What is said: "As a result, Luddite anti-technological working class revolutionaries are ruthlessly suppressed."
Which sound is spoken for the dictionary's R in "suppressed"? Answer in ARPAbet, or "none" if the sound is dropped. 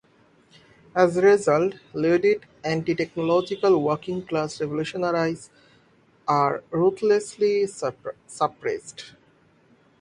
R